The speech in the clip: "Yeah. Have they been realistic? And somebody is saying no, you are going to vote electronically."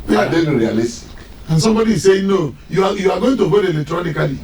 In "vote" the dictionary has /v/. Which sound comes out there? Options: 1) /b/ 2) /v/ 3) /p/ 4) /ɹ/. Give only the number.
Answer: 1